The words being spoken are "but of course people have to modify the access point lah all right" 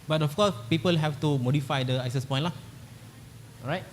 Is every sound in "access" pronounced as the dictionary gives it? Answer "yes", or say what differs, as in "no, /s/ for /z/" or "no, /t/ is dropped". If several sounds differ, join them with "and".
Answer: no, /k/ is dropped